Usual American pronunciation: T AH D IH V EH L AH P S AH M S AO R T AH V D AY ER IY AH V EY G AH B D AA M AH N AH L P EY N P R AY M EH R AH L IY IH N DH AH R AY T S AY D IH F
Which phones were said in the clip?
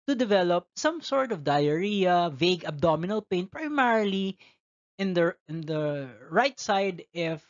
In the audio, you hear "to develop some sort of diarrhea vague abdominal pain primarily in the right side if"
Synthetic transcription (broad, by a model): T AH D IH V EH L AH P S AH M S AO R T AH V D AY ER IY AH V EY G AH B D AA M AH N AH L P EY N P R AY M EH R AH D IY IH N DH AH R AY T S AY D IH F